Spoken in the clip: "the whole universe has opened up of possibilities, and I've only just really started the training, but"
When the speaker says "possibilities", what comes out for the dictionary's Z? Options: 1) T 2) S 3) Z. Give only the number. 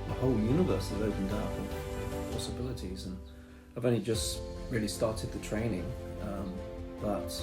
3